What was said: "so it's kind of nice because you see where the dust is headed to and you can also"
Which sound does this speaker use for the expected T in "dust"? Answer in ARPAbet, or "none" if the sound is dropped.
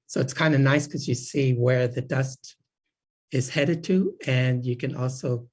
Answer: T